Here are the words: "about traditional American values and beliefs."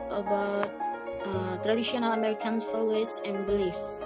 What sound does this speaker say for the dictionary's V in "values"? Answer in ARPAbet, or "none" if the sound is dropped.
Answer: F